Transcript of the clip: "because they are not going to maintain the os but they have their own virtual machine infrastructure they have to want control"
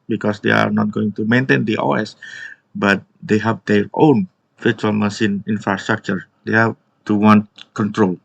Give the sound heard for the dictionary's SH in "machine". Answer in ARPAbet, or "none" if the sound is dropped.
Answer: S